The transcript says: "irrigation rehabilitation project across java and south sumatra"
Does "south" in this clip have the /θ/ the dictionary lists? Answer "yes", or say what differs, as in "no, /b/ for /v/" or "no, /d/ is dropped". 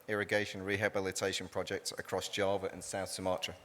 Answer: yes